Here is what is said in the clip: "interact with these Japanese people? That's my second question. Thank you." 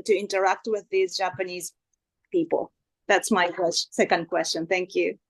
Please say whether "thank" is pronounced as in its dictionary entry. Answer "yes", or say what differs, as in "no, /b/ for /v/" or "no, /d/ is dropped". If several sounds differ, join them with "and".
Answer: yes